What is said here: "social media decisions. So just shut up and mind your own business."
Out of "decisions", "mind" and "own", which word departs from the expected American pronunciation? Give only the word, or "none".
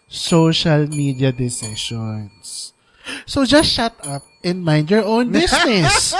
decisions